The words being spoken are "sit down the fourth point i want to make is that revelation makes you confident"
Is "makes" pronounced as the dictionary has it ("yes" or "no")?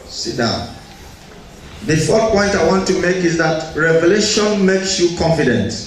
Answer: yes